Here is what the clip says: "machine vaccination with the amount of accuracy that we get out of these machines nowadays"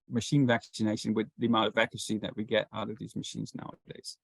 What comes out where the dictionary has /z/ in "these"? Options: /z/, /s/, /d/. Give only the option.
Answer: /z/